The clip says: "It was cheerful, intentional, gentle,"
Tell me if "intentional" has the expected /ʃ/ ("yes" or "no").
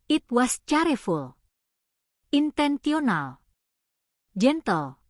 no